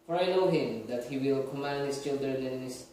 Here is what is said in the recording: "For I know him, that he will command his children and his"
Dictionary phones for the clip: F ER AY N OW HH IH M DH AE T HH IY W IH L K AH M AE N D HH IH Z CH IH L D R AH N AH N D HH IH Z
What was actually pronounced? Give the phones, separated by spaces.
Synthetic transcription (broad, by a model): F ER AY N OW HH IH M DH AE T HH IY W IH L K AH M AE N D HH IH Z CH IH L D R AH N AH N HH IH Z